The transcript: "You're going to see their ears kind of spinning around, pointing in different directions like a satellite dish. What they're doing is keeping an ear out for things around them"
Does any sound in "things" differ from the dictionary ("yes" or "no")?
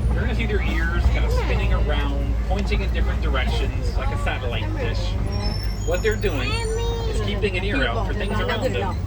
no